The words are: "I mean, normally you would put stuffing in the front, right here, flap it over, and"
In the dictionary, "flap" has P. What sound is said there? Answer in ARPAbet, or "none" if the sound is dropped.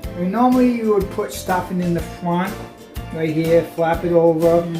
P